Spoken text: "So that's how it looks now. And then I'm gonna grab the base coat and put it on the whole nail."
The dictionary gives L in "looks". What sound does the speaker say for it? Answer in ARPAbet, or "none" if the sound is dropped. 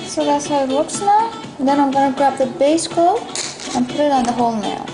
W